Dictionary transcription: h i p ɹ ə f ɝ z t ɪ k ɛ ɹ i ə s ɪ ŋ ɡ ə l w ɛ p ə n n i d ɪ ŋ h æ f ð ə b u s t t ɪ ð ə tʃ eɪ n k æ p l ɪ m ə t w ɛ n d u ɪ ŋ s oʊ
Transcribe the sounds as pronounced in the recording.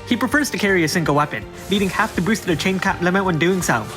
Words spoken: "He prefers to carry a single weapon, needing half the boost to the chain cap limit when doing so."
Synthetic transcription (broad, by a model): h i p ɹ ə f ɝ z t ɪ k ɛ ɹ i ə s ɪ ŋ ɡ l w ɛ p ə n l i d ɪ ŋ h æ f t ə b u s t t ɪ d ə tʃ eɪ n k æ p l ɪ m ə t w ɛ n d u ɪ ŋ s oʊ